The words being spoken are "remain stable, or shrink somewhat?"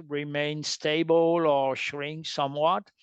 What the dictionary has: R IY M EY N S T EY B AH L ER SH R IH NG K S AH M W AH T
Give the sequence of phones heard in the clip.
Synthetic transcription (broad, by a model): R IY M EY N S T EY B AH L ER SH R IH NG K S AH M W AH T